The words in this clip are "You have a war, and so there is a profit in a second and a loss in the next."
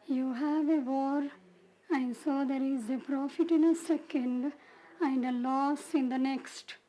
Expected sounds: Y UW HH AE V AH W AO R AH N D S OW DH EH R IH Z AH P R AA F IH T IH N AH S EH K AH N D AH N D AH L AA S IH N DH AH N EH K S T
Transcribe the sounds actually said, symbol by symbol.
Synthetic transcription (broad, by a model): Y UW HH AE V AH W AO R AH N D S OW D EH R IH Z AH P R AA F IH T IH N AH S EH K AH N D AH N D AH L AA S IH N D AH N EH K S T